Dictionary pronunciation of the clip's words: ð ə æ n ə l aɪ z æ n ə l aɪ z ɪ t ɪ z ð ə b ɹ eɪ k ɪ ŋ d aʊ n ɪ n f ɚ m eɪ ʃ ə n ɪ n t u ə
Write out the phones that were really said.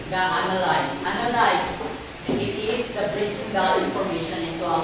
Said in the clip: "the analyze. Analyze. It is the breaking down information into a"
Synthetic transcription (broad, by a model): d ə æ n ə l aɪ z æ n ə l aɪ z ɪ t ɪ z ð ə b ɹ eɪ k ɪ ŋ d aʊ l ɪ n f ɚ m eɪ ʃ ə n ɪ n t u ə